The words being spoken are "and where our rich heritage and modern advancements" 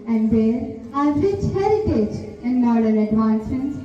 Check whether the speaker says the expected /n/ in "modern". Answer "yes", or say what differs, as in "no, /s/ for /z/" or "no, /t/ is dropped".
no, /l/ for /n/